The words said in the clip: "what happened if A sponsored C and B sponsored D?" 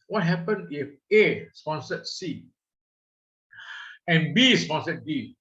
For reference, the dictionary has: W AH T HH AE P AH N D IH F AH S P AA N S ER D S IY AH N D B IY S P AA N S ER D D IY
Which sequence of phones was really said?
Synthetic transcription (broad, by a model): W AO T HH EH P AH N IH F AH S P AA N S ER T S IY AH N B IY S P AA N S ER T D IY